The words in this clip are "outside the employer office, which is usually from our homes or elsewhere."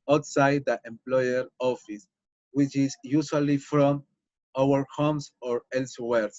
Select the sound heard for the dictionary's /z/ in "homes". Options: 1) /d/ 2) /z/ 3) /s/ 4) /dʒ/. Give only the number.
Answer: 3